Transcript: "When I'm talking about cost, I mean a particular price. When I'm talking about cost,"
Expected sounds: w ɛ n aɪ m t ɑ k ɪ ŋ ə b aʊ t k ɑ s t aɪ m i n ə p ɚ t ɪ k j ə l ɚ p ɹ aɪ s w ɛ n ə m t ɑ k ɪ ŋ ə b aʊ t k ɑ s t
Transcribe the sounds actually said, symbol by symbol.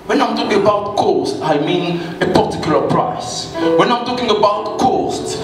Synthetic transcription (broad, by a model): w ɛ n aɪ m t ɑ k ɪ ŋ ə b aʊ t k ɑ s t aɪ m i n ə p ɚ t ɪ k j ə l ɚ p ɹ aɪ s w ɛ n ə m t ɑ k ɪ ŋ ə b aʊ t k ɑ s t